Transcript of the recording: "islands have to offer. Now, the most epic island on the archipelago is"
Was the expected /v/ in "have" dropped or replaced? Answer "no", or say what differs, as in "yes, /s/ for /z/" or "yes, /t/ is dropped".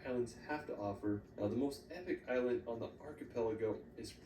yes, /f/ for /v/